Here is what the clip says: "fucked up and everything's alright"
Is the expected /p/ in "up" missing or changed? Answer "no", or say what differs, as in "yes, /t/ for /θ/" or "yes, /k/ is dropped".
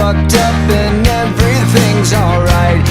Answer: no